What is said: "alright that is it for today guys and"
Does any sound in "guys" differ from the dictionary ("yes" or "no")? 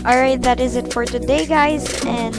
no